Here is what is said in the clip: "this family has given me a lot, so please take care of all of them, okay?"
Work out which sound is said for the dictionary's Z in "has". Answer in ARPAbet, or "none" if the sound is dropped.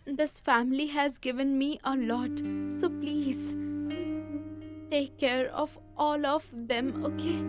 Z